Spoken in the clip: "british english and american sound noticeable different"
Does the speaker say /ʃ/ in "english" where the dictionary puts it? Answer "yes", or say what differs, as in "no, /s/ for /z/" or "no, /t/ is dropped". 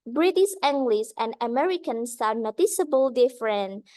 no, /s/ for /ʃ/